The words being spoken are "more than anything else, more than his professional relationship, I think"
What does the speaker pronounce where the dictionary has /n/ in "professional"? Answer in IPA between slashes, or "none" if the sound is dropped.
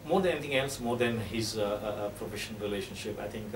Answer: none